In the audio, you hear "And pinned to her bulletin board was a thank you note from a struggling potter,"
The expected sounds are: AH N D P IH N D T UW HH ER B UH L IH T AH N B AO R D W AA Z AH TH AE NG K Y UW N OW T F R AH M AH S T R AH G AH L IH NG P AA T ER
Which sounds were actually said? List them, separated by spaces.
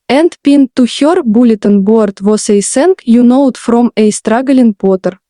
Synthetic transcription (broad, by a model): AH N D P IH N T UW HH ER B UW L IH T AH N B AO R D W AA S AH S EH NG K Y UW N OW T F R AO M AH S T R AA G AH L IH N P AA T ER